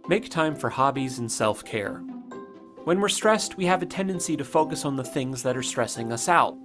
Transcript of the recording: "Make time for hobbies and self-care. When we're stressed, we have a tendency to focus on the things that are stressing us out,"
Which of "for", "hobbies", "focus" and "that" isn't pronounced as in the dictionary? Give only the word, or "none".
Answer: none